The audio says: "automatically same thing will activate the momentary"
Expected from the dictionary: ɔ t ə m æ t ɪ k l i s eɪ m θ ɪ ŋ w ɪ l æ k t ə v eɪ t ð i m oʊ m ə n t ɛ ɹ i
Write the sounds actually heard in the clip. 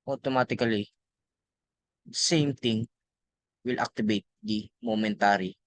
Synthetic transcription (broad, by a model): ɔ t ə m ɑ t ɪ k l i s eɪ m t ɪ ŋ w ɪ l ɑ k t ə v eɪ t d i m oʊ m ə n t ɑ ɹ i